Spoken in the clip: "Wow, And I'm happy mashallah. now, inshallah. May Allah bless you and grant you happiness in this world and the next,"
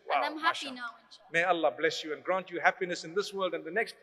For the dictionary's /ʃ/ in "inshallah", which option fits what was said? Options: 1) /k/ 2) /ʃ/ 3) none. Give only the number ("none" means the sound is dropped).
3